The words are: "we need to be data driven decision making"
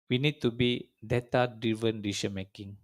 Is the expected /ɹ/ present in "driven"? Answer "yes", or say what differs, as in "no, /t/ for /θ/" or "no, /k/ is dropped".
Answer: no, /ɹ/ is dropped